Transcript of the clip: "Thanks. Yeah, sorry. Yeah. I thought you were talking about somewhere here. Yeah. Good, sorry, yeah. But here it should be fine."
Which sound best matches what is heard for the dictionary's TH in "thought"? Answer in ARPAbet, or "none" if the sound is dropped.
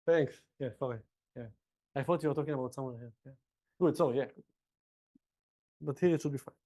F